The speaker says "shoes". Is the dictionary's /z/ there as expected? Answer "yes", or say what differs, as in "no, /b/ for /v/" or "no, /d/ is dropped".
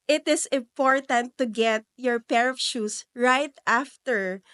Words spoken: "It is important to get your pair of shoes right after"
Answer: no, /s/ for /z/